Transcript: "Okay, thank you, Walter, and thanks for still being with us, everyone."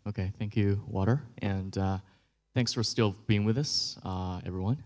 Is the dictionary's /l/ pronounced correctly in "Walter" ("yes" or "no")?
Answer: no